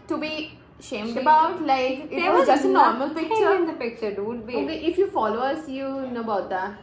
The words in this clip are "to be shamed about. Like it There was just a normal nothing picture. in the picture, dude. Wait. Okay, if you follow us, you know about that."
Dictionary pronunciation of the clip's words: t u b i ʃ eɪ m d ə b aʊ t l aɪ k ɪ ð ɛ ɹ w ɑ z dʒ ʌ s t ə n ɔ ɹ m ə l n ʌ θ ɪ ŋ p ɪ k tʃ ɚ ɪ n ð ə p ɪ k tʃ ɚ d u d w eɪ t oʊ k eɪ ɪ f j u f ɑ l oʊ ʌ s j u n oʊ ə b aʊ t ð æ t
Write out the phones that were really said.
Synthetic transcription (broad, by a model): t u b i ʃ eɪ m d ə b aʊ t l aɪ k ɪ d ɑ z dʒ ʌ s t ə n ɔ ɹ m ə l p ɪ k tʃ ɚ ɪ n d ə p ɪ k tʃ ɚ d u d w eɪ oʊ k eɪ ɪ f j u f ɑ l oʊ ʌ s j u n oʊ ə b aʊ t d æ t